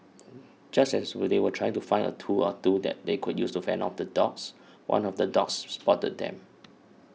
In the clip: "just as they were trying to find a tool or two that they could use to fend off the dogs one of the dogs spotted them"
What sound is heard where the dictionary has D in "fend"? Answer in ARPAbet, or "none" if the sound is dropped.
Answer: none